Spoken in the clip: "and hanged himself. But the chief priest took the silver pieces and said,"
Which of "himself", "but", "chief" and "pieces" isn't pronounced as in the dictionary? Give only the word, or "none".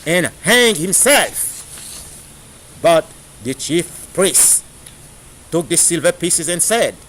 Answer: none